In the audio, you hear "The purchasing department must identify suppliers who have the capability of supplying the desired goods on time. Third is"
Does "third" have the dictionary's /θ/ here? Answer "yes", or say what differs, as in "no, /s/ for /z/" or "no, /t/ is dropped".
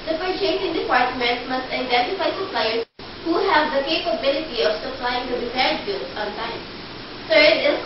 no, /t/ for /θ/